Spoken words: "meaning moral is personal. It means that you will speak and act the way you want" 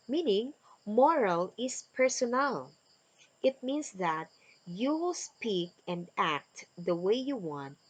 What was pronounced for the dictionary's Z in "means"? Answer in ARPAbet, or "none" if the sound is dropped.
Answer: S